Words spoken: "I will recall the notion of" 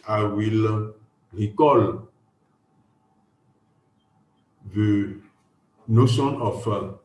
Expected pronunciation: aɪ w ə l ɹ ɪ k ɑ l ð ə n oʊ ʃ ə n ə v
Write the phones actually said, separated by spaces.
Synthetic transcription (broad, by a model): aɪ w ə l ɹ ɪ k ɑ l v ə n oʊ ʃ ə n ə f